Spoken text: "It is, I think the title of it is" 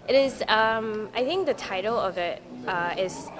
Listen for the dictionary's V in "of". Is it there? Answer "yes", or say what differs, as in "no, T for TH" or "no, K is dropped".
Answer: yes